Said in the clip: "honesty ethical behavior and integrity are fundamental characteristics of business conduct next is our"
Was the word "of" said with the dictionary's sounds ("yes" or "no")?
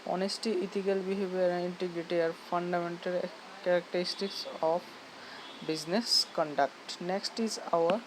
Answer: no